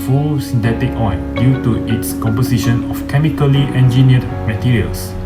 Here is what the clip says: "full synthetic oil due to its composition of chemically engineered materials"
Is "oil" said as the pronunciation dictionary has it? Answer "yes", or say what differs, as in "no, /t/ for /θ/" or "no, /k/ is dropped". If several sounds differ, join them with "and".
no, /n/ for /l/